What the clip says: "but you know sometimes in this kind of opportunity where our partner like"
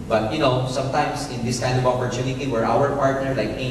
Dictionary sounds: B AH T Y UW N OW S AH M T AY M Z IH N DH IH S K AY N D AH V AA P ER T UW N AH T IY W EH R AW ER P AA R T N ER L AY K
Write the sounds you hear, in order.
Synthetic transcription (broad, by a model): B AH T Y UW N OW S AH M T AY M S IH N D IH S K AY N D AH V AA P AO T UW N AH T IY W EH R AW ER P AA R T N ER L AY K